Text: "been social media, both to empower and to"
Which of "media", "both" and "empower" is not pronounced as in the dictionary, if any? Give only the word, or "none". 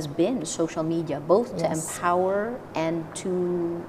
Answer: none